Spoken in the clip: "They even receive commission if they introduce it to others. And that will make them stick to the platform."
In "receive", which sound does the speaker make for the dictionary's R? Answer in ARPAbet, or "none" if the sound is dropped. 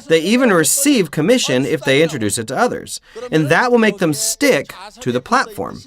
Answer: R